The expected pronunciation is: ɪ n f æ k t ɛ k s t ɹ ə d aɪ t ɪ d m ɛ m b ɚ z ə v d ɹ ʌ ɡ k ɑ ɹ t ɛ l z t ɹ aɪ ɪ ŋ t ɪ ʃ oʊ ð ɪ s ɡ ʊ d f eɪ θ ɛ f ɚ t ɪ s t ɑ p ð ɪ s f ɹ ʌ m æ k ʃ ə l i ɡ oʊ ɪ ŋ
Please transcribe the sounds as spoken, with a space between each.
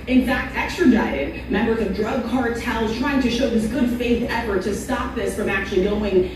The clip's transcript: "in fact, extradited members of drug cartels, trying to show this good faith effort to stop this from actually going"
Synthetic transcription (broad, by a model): ɪ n f æ k t ɛ k s t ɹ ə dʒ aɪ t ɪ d m ɛ m b ɚ z ə v d ɹ ʌ ɡ k ɑ ɹ t ɛ l z t ɹ aɪ ɪ ŋ t ɪ ʃ oʊ ð ɪ s ɡ ʊ d f eɪ θ ɛ f ɚ t ɪ s t ɑ p ð ɪ s f ɹ ʌ m æ k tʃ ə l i ɡ oʊ ɪ ŋ